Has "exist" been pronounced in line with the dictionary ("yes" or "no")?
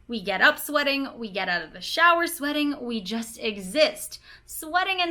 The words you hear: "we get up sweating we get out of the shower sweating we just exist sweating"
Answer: yes